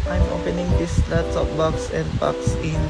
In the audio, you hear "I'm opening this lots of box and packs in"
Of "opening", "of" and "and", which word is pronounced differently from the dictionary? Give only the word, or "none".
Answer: of